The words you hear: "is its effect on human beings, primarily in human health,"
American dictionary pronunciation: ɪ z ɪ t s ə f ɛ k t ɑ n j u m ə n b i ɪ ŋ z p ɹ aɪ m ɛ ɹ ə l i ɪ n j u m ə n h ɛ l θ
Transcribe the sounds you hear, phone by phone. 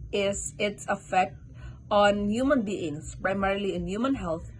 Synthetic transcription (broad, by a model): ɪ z ɪ t s ə f ɛ k t ɑ n j u m ə n b i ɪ ŋ s p ɹ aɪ m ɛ ɹ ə l i ɪ n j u m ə n h ɛ l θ